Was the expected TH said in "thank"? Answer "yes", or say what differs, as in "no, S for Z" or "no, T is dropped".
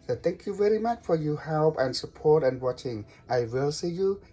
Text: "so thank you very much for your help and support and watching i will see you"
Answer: no, T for TH